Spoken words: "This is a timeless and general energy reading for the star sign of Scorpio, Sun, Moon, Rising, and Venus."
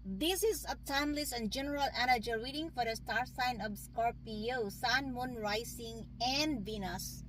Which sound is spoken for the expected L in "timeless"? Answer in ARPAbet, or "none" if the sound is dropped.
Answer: L